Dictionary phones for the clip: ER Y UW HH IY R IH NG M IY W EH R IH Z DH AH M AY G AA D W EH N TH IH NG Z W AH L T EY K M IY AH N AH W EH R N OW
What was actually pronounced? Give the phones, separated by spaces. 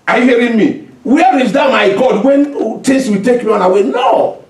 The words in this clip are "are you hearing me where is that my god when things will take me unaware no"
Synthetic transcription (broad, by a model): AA Y UW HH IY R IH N M IY W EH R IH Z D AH M AY G AA D W EH N T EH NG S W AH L T EY K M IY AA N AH W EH N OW